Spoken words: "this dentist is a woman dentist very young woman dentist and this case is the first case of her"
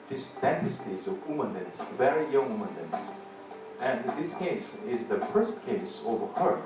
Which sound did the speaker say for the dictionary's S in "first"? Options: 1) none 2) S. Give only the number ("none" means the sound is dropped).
2